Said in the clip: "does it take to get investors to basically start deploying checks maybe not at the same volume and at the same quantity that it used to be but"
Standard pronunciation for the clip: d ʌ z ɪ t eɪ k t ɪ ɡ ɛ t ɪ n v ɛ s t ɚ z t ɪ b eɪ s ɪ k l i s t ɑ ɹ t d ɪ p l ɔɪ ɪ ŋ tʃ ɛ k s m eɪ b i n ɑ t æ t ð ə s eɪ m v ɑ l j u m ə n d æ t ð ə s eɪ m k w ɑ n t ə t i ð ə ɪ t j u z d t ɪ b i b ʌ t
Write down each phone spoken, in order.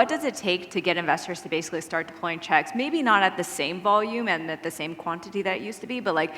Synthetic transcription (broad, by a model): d ʌ z ɪ t eɪ k t ɪ ɡ ɛ t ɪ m v ɛ s t ɚ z t ɪ b eɪ s ɪ k l i s t ɑ ɹ t d ɪ p l ɔɪ ɪ ŋ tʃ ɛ k s m eɪ b i n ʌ t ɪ t ð ə s eɪ m v ɑ l j u m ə n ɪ t ð ə s eɪ m k w ɑ n t ə t i ð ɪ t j u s t ɪ b i b ʌ t